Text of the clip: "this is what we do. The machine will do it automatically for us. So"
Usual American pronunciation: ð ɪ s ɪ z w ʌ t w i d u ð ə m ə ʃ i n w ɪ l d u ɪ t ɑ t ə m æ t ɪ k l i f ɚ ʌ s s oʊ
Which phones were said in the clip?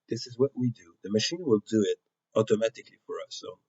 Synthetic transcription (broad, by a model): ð ɪ s ɪ z w ʌ t w i d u ð ə m ə ʃ i n w ɪ l d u ɪ t ɑ t ə m æ t ɪ k l i f ɚ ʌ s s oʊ